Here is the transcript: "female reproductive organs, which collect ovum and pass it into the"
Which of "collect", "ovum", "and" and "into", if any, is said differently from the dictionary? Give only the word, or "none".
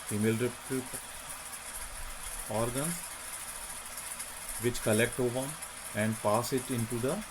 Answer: ovum